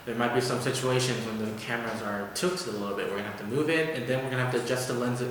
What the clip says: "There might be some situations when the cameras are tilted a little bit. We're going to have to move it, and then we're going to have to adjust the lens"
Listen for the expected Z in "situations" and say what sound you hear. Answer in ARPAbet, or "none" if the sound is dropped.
Z